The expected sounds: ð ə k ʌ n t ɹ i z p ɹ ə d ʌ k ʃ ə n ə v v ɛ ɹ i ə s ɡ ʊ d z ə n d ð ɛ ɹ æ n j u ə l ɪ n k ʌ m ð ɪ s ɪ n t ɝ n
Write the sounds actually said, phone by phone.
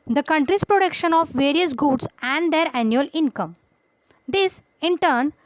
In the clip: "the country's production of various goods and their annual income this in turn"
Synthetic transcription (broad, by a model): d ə k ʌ n t ɹ i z p ɹ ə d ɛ k ʃ ə n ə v v ɛ ɹ i ə s ɡ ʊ d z ə n d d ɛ ɹ æ n j u ə l ɪ n k ʌ m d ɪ s ɪ n t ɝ n